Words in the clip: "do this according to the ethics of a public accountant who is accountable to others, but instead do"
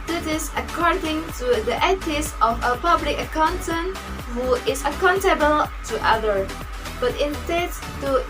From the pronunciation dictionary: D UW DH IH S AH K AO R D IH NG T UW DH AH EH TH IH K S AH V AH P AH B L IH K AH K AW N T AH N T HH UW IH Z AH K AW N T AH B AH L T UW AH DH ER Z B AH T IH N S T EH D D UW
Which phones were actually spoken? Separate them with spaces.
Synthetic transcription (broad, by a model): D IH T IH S AH K AO R D IH NG T UW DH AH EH T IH S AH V AH P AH B L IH K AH K AW N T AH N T HH UW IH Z AH K AW N T AH B AH L T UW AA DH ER B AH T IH N S T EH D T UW